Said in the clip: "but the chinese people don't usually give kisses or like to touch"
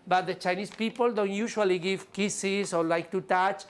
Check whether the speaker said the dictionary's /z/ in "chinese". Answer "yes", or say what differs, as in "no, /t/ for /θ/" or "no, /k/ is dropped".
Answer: no, /s/ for /z/